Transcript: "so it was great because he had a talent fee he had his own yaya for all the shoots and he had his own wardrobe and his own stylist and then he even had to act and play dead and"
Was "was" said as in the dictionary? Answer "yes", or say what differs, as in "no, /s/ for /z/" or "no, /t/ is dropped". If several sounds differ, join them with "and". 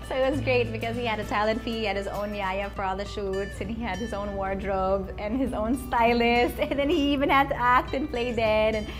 yes